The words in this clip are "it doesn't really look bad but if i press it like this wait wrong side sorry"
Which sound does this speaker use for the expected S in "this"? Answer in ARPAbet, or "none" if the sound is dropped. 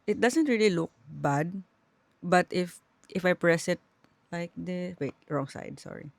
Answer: none